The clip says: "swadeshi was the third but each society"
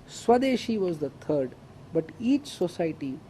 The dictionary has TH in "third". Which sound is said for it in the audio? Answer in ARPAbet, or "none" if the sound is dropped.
T